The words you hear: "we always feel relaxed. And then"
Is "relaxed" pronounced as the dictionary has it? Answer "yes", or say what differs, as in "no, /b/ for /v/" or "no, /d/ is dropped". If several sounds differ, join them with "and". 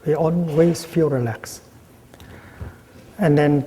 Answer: no, /t/ is dropped